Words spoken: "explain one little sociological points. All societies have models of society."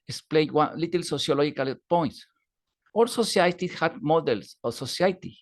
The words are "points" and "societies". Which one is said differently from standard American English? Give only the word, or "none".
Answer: societies